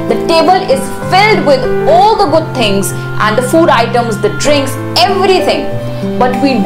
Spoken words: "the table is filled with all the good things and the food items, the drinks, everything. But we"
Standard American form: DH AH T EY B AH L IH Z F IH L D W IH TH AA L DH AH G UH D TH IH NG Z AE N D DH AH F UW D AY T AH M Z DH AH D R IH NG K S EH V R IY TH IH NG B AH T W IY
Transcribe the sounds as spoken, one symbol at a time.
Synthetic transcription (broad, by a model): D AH T EY B AH L IH Z F IH L D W IH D AA L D AH G UH D T IH NG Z AE N D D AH F UW D AY T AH M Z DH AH D R IH NG K S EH V R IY T IH NG B AH T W IY